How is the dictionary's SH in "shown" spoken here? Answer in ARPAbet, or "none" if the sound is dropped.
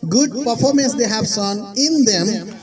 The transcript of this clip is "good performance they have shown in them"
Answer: S